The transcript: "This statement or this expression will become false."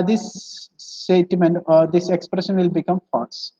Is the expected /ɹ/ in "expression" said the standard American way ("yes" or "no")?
yes